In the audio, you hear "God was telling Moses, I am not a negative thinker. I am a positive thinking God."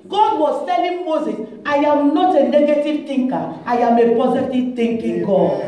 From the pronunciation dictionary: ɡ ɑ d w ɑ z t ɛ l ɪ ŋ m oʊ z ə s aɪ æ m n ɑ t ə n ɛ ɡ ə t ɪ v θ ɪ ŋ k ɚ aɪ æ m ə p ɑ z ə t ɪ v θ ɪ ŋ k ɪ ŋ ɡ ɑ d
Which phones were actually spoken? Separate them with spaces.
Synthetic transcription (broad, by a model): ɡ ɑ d w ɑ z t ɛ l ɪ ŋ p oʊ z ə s aɪ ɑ m n ɑ t ə n ɛ ɡ ə t ɪ v t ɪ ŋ k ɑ aɪ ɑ m ə p ɑ z ə t ɪ v t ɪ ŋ k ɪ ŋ ɡ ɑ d